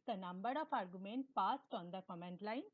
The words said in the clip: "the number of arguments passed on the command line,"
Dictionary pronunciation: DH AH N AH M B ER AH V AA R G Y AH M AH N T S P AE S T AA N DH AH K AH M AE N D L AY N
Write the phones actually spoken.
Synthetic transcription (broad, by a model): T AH N AH M B ER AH P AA R G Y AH M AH N T P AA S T AA N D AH K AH M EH N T L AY N